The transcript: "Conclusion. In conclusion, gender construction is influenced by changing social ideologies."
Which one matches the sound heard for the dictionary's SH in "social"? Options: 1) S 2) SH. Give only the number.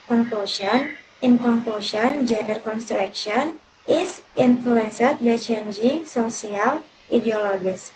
1